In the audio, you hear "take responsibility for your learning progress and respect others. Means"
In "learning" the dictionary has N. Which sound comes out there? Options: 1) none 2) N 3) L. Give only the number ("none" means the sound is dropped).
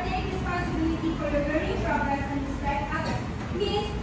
1